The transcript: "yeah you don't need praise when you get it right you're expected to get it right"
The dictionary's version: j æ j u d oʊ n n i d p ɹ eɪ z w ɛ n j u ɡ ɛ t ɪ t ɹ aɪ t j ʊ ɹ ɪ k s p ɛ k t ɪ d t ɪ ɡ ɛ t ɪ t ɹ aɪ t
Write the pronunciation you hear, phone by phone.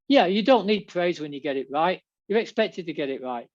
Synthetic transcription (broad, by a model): j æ j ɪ d oʊ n n i d p ɹ eɪ z w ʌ n j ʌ ɡ ɛ t ɪ t ɹ aɪ t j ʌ ɹ ɪ k s p ɛ k t ɪ d t ɪ ɡ ɛ t ɪ t ɹ aɪ t